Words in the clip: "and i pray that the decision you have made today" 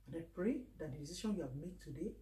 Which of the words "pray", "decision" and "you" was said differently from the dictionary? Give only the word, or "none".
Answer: decision